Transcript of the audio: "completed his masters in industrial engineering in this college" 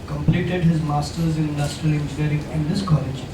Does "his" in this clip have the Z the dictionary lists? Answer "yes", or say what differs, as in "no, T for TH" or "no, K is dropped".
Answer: yes